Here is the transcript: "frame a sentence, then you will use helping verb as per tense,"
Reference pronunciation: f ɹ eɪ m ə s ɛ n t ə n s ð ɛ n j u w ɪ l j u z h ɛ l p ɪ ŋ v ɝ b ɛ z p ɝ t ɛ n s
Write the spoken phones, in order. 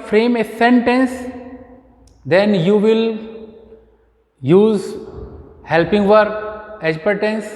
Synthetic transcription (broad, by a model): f ɹ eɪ m ə s ɛ n t ə n s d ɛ n j u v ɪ l j u z h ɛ l p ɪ ŋ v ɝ ɛ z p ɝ t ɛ n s